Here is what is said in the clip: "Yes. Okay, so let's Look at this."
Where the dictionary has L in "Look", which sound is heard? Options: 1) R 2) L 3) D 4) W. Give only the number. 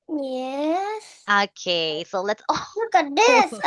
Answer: 4